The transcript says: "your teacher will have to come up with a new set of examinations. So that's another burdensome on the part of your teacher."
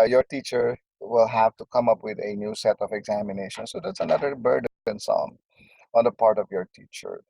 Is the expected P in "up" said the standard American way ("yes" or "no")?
yes